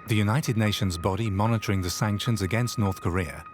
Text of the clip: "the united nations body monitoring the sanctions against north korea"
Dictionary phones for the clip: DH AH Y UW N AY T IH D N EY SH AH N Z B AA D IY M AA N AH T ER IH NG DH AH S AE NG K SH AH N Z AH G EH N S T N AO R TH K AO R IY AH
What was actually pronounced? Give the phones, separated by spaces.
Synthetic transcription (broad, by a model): DH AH Y UW N AY T IH D N EY SH AH N Z B AA D IY M AA N AH T ER IH NG DH AH S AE NG K SH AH N Z AH G EH N S T N AO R TH K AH R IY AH